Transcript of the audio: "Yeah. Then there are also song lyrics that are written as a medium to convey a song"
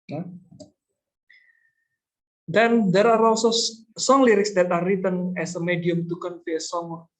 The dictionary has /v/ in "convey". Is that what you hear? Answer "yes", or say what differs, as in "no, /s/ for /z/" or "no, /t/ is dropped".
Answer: no, /f/ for /v/